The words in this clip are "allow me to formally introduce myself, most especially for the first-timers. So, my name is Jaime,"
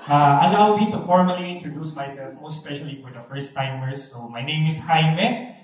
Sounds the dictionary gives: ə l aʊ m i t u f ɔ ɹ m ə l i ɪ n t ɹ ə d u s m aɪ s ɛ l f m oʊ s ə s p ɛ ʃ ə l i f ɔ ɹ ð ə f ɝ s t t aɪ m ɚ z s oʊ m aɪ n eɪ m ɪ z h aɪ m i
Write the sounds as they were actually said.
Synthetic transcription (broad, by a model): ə l aʊ m i t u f ɔ ɹ m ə l i ɪ n t ɹ ə d u s m aɪ s ɛ l f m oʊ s s p ɛ ʃ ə l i f ɔ ɹ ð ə f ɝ s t t aɪ m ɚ s oʊ m aɪ n eɪ m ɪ s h aɪ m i